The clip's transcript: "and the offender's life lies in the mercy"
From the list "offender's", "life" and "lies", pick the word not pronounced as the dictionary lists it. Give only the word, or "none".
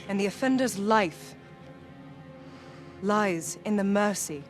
none